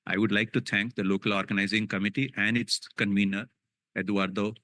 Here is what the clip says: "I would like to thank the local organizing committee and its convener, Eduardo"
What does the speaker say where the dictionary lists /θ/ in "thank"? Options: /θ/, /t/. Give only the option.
/t/